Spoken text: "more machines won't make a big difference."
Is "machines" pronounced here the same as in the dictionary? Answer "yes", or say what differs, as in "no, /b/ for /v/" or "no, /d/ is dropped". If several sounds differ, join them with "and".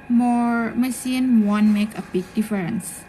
no, /s/ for /ʃ/ and /z/ is dropped